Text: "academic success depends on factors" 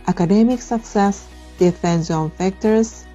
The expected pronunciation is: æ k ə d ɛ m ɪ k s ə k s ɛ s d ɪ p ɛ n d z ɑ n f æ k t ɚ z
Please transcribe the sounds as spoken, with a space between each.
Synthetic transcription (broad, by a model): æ k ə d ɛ m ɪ k s ə k s ɛ s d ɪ f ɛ n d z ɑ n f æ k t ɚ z